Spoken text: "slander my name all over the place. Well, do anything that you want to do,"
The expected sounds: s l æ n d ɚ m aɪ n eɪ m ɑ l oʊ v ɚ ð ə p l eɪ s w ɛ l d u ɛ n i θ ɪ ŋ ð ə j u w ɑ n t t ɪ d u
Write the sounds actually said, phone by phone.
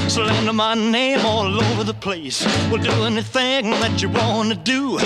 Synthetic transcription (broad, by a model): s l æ n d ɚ m aɪ n eɪ m ɑ l oʊ v ɚ ð ə p l eɪ s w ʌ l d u ɛ n i θ ɪ ŋ ð ə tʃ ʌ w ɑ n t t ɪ d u